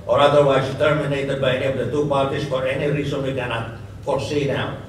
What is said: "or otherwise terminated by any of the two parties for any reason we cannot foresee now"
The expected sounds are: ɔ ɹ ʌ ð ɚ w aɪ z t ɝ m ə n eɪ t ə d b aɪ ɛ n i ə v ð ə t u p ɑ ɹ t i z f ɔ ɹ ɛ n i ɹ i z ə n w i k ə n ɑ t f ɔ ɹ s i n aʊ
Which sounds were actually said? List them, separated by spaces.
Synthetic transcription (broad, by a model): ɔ ɹ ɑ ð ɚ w aɪ s t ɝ m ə n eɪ t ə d b aɪ ɛ n i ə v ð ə t u p ɑ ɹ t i s f ɔ ɹ ɛ n i ɹ i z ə n w i k ə n ɑ t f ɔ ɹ s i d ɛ